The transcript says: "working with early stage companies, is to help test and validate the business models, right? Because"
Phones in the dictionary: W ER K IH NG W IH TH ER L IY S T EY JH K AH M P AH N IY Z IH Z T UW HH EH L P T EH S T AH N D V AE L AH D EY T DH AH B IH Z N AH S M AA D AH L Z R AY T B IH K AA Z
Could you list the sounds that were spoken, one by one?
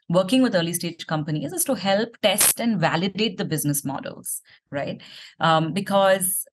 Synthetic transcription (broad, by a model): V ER K IH NG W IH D ER L IY S T EY JH K AH M P AH N IY Z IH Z T UW HH EH L P T EH S T AH N D V AE L AH D EY T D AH B IH Z N AH S M AA D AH L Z R AY T B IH K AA Z